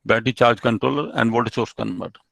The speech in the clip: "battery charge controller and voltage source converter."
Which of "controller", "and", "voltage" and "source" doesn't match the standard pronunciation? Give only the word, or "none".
voltage